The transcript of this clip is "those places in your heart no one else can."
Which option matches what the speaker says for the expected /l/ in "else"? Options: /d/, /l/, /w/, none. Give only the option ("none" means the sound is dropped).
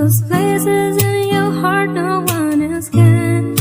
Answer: none